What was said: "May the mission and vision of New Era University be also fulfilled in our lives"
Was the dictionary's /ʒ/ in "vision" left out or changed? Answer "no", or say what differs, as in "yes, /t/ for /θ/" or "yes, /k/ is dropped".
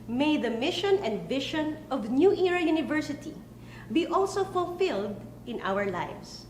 yes, /ʃ/ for /ʒ/